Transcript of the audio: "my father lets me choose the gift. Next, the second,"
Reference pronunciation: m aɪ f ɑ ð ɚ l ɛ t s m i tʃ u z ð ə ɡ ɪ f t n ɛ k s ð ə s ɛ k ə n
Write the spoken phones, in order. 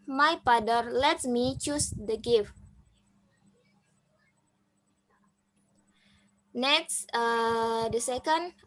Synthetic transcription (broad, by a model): m aɪ p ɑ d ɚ l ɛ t m i tʃ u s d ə ɡ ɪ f n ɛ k s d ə s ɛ k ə n